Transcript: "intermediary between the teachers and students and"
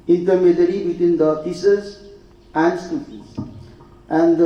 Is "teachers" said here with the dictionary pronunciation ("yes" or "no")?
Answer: no